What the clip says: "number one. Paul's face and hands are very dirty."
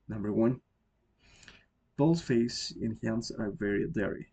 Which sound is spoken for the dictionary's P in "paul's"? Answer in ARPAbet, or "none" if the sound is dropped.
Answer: B